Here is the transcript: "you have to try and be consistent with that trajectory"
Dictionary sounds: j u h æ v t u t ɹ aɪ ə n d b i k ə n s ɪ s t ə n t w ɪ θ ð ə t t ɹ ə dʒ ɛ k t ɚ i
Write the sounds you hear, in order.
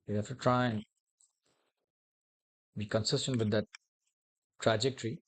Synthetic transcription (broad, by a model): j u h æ f t u t ɹ aɪ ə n b i k ə n s ɪ s t ə n t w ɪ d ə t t ɹ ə dʒ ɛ k t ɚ i